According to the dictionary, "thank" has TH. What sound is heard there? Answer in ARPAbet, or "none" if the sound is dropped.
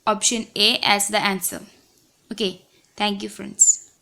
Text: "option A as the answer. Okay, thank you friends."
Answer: T